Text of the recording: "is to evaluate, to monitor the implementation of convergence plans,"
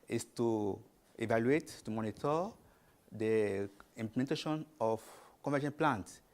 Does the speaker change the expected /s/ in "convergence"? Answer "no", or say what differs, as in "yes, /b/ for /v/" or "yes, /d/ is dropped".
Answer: yes, /s/ is dropped